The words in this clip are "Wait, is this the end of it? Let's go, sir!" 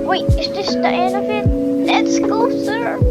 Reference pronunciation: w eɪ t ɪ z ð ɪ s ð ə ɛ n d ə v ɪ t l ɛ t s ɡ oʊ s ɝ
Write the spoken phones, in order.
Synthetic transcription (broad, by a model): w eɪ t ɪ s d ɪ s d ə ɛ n ə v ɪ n l ɛ t s ɡ oʊ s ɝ